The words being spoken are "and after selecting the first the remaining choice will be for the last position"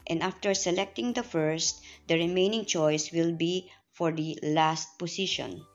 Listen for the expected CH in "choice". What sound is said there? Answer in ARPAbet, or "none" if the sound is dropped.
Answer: CH